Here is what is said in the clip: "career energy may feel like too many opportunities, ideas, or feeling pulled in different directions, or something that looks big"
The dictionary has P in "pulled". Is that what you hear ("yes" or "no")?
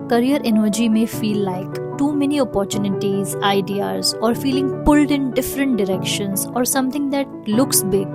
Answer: yes